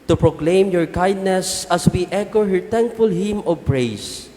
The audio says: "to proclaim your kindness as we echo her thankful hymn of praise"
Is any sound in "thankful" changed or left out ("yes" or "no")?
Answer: yes